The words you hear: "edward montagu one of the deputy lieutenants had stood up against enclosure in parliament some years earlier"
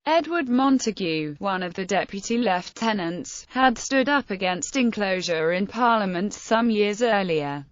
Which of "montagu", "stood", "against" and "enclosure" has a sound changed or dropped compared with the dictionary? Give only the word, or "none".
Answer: none